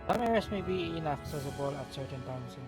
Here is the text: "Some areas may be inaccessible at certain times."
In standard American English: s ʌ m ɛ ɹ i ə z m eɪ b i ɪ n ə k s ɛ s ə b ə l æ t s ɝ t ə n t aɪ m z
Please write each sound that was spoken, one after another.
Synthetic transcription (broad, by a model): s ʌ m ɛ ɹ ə s m eɪ b i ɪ n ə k s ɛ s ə b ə l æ t s ɝ t ə n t aɪ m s